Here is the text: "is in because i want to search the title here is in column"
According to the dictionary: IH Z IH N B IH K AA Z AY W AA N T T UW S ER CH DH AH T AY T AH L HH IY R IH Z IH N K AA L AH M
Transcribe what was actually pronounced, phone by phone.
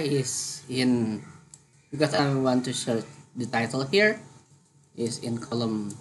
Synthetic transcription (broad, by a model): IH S IH N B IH K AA S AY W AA N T T UW SH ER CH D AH T AY T AH L HH IY R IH S IH N K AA L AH M